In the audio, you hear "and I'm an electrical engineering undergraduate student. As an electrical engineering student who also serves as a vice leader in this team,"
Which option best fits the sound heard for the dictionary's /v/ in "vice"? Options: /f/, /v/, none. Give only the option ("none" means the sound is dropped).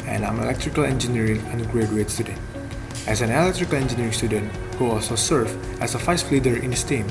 /f/